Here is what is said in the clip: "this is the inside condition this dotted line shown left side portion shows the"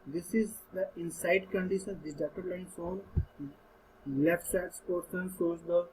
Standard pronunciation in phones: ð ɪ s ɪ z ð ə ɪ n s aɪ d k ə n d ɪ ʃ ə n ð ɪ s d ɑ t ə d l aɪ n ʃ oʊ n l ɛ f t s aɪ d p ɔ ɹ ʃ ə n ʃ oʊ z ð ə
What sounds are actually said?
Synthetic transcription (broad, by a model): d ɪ s ɪ z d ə ɪ n s aɪ d k ə n d ɪ ʃ ə n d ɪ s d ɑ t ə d l aɪ n s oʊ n l ɛ f t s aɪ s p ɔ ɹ s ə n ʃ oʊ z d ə